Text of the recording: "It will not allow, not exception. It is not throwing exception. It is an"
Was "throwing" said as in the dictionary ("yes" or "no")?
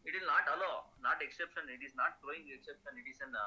no